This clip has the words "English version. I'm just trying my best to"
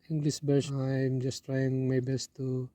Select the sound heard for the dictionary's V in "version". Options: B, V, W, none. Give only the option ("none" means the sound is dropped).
B